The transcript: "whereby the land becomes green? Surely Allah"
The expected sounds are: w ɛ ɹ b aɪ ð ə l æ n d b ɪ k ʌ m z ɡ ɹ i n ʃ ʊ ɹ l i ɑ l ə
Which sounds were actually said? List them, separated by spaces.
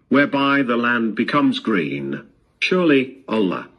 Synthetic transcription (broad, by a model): w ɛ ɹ b aɪ ð ə l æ n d b ɪ k ʌ m z ɡ ɹ i n ʃ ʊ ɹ l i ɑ l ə